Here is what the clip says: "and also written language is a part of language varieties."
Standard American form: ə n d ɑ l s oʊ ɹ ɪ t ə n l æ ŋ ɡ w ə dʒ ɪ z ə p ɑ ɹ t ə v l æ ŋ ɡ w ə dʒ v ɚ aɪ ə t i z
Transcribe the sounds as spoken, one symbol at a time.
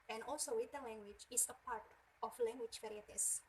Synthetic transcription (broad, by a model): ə n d ɑ l s oʊ w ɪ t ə l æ ŋ ɡ w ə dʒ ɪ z ə p ɑ ɹ t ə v l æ ŋ ɡ w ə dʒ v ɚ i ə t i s